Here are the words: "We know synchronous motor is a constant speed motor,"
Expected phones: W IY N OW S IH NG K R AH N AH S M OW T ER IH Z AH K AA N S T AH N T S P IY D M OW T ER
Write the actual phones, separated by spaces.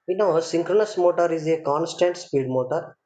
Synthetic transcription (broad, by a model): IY N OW S IH NG K R AH N AH S M OW T ER IH Z AH K AA N S T AH N T S P IY D M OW T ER